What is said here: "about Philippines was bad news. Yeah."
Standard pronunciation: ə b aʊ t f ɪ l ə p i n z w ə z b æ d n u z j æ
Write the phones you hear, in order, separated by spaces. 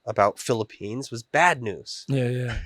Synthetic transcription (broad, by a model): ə b aʊ t f ɪ l ə p i n z w ə z b æ d n u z j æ